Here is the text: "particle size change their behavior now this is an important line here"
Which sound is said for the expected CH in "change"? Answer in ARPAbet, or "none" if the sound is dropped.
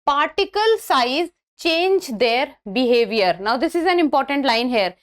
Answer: CH